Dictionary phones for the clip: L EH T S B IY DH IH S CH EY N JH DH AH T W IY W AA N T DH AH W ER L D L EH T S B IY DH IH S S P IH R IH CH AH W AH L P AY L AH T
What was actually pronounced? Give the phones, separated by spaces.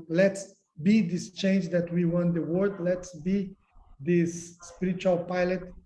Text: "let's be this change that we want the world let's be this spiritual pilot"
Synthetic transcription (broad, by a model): L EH T S B IY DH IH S CH EY N JH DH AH T W IY W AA N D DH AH W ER D L EH T S B IY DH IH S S P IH R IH CH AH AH L P AY L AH T